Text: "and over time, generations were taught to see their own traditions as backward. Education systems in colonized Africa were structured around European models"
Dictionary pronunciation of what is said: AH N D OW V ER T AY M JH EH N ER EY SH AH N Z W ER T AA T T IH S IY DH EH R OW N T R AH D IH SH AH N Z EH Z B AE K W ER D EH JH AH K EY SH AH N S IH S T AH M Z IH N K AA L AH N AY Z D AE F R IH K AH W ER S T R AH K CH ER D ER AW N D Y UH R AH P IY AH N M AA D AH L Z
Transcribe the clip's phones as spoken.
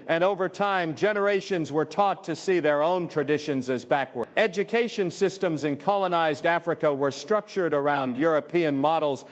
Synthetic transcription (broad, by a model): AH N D OW V ER T AY M JH EH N ER EY SH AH N Z W ER T AA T T IH S IY DH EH R OW N T R AH D IH SH AH N Z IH Z B AE K W ER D EH JH AH K EY SH AH N S IH S T AH M Z IH N K AA L AH N AY Z D AE F R IH K AH W ER S T R AH K CH ER D ER AW N D Y UH R AH P IY AH N M AA D L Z